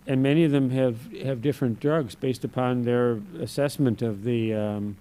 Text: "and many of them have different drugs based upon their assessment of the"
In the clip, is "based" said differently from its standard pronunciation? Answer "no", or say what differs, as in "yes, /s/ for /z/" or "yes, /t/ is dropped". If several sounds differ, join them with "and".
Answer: no